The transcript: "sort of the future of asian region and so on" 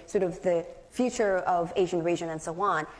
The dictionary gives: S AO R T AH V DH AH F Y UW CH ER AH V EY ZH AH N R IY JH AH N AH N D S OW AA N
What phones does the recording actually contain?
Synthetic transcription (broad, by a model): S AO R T AH V DH AH F Y UW CH ER AH V EY ZH AH N R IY ZH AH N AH N S OW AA N